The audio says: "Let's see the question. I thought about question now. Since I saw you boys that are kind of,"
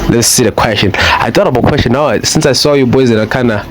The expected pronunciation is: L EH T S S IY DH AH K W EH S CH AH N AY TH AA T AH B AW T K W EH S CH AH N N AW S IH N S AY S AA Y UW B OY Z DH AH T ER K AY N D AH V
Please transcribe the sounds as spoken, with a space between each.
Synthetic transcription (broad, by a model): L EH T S S IY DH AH K W EH S CH AH N AY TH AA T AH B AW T K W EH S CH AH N N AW S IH N S AY S AA Y UW B OY Z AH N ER K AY N AH